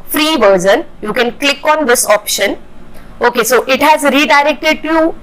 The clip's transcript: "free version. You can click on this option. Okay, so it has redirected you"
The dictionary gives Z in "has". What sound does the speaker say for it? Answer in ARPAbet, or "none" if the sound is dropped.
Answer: Z